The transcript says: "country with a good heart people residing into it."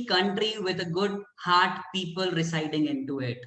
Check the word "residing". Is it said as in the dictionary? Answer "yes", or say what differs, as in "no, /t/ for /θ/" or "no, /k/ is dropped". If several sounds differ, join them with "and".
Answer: no, /s/ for /z/